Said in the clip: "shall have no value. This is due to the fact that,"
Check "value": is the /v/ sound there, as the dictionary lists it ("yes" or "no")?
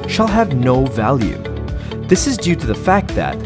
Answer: yes